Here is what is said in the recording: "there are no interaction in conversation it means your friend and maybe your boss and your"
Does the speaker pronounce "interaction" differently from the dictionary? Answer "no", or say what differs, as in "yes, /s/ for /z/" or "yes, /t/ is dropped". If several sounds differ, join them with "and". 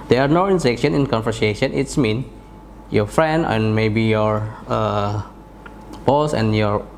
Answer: yes, /s/ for /t/